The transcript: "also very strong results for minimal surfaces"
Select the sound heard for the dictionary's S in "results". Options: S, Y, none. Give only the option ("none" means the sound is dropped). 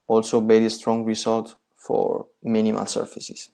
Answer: none